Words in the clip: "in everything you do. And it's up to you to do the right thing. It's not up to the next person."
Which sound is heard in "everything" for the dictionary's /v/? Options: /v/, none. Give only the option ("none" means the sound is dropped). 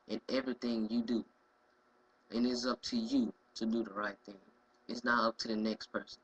/v/